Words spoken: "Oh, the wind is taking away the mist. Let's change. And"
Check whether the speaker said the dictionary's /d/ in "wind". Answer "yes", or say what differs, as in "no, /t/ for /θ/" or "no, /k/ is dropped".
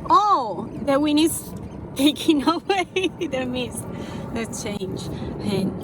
no, /d/ is dropped